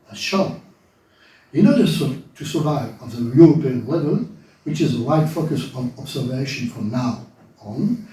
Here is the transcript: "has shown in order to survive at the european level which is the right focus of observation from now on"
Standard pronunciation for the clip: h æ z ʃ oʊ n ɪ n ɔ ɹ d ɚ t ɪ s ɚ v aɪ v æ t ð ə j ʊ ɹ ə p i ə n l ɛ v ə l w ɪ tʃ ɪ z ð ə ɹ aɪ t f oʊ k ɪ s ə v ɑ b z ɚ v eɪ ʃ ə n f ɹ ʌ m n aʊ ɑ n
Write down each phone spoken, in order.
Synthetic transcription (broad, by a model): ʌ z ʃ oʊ ɪ n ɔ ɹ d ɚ t ɪ s ɚ v aɪ v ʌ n ð ə j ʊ ɹ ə p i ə n l ɛ v ə l w ɪ tʃ ɪ z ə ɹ aɪ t f oʊ k ɪ s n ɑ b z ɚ v eɪ ʃ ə n f ɹ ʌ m n aʊ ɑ n